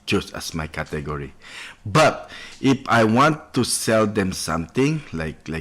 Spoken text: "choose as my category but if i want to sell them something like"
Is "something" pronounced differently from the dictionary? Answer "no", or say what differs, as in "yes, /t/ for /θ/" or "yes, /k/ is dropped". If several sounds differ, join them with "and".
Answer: yes, /t/ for /θ/